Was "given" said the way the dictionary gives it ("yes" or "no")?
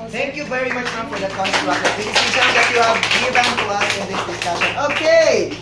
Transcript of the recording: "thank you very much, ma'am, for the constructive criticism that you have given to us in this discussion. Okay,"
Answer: no